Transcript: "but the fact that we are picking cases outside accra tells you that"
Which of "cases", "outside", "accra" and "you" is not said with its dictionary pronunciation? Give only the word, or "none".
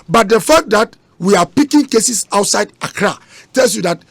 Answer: cases